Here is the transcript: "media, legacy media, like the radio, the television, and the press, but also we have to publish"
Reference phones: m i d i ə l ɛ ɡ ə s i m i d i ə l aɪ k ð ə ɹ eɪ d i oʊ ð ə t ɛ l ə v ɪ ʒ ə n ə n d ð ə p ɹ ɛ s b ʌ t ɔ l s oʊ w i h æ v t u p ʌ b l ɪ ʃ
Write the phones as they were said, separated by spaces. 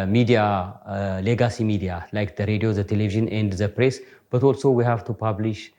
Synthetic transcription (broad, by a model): m i d i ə l ɛ ɡ ə s i m i d i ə l aɪ k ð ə ɹ eɪ d i oʊ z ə t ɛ l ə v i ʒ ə n ə n d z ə p ɹ ɛ s b ʌ t ɔ l s oʊ w i h æ v t u p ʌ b l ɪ ʃ